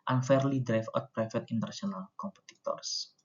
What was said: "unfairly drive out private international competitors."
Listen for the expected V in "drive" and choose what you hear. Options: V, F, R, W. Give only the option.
F